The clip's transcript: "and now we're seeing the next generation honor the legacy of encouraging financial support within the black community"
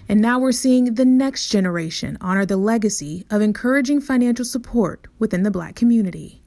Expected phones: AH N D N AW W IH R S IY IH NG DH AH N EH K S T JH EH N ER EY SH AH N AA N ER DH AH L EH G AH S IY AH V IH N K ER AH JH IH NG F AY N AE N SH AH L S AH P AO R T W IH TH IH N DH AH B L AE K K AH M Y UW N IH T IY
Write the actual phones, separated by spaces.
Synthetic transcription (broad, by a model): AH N N AW W IH R S IY IH NG DH AH N EH K S T JH EH N ER EY SH AH N AA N ER DH AH L EH G AH S IY AH V IH N K ER AH JH IH NG F AY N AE N SH L S AH P AO R T W IH TH IH N DH AH B L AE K K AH M Y UW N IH T IY